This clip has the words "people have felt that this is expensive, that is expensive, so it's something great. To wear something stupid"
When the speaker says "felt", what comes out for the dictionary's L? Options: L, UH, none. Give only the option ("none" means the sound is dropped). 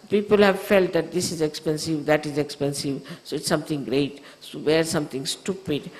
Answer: L